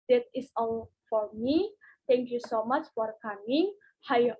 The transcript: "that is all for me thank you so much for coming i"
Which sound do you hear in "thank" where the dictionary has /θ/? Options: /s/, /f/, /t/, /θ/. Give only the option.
/t/